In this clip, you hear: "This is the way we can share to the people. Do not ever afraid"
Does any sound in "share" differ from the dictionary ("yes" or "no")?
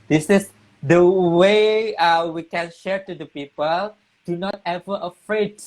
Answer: no